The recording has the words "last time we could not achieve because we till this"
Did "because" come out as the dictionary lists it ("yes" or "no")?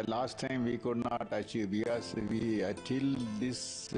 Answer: no